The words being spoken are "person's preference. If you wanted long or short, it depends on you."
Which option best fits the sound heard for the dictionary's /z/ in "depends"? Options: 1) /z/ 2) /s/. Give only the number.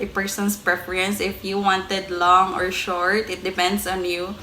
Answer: 2